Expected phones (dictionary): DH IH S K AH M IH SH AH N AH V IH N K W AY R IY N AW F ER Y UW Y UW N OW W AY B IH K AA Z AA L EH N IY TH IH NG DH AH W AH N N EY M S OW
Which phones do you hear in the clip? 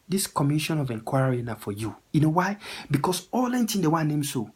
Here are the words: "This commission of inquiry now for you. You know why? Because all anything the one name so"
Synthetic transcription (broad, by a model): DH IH S K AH M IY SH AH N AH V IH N K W AY R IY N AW F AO Y UW Y UW N OW W AY B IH K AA S AA L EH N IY T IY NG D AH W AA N N EY M S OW